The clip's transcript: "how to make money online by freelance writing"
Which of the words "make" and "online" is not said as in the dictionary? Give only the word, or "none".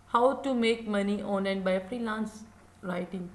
online